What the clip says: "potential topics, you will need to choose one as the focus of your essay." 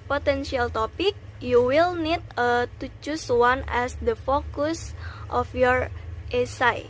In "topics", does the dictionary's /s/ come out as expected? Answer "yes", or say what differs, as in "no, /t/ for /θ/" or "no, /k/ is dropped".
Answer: no, /s/ is dropped